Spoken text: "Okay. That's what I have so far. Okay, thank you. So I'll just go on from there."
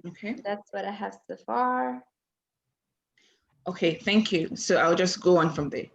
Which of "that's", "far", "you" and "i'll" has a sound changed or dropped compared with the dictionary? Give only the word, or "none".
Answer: none